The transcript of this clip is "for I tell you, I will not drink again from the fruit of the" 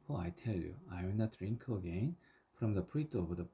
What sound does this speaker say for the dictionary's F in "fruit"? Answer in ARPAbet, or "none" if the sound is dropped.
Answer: P